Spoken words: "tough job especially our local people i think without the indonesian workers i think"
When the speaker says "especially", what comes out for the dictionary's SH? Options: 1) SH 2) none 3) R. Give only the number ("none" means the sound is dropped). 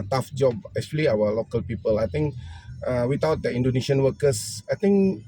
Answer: 2